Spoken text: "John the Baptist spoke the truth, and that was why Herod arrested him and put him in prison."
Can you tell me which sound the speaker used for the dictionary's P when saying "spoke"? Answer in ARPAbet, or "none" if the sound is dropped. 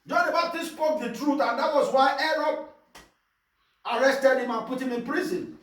P